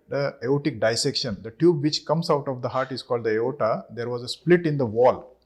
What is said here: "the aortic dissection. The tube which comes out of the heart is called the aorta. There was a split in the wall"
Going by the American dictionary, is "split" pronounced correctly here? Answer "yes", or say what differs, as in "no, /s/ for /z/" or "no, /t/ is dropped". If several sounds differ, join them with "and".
yes